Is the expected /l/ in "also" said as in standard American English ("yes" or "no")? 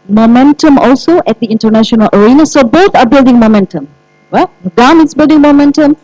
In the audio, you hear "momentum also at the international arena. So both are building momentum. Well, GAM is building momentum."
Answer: yes